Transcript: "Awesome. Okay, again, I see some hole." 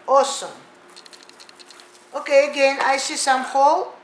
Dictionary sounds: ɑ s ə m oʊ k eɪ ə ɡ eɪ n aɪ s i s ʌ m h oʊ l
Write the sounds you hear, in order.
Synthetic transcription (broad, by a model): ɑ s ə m oʊ k eɪ ə ɡ eɪ n aɪ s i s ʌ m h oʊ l